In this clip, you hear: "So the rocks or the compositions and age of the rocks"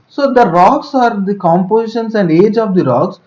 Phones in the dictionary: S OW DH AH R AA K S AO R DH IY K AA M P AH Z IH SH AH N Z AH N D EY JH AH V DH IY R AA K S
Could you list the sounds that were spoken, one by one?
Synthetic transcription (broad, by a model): S OW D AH R AA K S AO R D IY K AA M P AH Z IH SH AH N S AH N D EY JH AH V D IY R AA K S